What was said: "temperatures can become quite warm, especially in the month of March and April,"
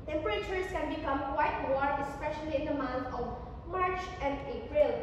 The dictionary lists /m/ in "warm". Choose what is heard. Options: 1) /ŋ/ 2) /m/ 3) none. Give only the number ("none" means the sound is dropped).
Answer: 3